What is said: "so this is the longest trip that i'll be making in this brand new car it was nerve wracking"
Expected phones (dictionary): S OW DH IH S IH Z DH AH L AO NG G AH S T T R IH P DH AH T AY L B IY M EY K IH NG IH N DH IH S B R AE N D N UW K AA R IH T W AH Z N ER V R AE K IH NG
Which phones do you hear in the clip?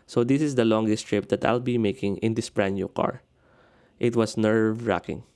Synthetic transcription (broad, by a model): S OW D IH S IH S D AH L AO NG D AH S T T R IH P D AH T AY L B IY M EY K IH NG IH N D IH S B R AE N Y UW K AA R IH T W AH S N ER V R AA K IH NG